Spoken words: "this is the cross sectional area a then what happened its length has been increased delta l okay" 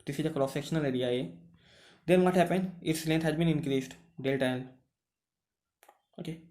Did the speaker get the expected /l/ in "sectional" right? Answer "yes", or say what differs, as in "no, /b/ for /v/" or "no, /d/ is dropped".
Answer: yes